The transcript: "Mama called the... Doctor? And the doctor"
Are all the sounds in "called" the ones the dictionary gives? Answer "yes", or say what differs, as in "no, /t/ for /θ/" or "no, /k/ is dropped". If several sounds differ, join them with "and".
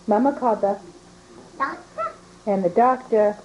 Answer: no, /l/ is dropped